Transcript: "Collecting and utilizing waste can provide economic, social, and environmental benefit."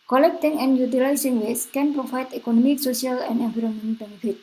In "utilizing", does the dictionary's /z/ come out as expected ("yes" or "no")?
no